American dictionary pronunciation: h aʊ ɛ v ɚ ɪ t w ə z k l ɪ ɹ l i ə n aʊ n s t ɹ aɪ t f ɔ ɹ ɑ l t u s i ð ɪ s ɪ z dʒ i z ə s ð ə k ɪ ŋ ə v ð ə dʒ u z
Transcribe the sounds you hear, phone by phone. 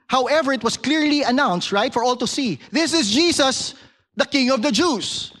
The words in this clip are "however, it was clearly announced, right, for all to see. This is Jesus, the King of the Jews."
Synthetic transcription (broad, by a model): h aʊ ɛ v ɚ ɪ t w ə s k l ɪ ɹ l i ə n aʊ n s t ɹ aɪ t f ɔ ɹ ɑ l t u s i ð ɪ s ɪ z dʒ i s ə s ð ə k ɪ ŋ ə v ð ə dʒ u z